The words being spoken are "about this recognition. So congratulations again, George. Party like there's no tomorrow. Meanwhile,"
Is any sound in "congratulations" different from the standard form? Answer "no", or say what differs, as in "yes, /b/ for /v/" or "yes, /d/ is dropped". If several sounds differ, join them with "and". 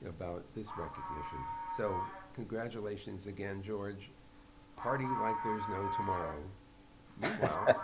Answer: no